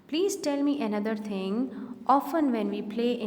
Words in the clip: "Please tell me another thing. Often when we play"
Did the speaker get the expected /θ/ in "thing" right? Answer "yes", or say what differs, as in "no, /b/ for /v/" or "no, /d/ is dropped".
no, /t/ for /θ/